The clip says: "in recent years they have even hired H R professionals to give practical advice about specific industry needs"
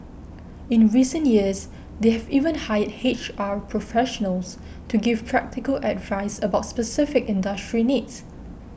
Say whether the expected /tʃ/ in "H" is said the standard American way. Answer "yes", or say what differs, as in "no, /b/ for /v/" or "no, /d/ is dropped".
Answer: yes